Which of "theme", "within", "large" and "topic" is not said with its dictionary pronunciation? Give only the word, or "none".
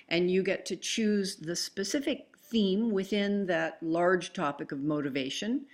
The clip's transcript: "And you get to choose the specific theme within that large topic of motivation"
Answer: none